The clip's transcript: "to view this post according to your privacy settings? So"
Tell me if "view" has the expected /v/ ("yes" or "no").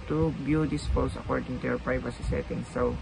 no